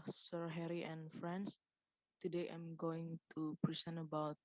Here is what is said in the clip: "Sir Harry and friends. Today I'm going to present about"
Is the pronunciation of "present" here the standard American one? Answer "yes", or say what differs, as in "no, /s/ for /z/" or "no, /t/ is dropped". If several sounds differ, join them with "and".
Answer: no, /s/ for /z/ and /t/ is dropped